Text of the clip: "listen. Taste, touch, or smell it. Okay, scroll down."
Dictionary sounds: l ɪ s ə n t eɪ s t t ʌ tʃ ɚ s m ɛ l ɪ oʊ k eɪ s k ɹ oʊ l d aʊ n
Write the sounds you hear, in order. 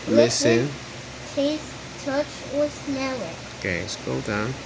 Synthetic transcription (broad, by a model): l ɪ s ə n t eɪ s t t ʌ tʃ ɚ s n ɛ w ɪ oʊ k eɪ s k oʊ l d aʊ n